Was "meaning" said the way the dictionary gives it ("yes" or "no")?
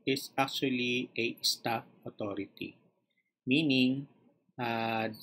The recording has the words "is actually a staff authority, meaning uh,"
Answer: yes